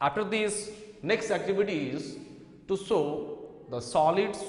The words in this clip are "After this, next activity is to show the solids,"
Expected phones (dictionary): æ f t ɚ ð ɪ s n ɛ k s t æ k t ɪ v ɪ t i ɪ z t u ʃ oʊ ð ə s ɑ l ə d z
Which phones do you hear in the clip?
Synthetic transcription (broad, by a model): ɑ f t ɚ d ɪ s n ɛ k s t æ k t ɪ v ɪ t i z t u s oʊ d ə s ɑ l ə d